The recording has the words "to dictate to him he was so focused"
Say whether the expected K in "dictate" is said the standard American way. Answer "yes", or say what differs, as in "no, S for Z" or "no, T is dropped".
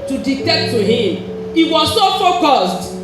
no, K is dropped